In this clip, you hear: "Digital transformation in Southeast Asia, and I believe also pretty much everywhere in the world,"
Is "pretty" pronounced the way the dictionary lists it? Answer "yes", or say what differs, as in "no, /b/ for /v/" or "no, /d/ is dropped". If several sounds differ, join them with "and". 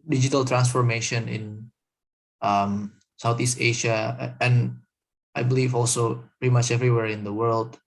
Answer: no, /ɹ/ is dropped